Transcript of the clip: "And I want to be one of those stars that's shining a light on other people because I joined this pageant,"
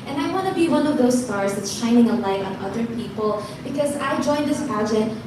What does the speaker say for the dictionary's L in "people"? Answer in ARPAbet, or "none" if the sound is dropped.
L